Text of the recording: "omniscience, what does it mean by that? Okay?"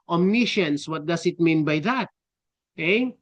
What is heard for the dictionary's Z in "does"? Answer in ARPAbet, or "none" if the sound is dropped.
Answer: S